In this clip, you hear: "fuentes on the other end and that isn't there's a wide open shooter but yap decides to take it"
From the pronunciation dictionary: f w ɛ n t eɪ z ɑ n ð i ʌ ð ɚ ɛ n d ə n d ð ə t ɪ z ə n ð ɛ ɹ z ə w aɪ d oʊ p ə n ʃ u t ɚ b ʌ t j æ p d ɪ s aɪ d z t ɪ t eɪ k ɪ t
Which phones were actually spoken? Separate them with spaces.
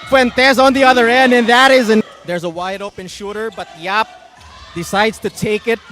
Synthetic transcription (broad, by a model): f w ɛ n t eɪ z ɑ n ð i ʌ ð ɚ ɛ n d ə n ð ə t ɪ z ə n ð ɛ ɹ z ə w aɪ d oʊ p ə n ʃ u t ɚ b ʌ t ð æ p d ɪ s aɪ d z t ɪ t eɪ k ɪ t